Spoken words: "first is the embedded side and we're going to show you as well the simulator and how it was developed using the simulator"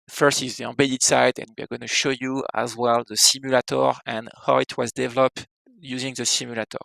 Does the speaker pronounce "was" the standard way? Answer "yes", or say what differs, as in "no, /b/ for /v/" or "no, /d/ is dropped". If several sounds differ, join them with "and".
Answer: yes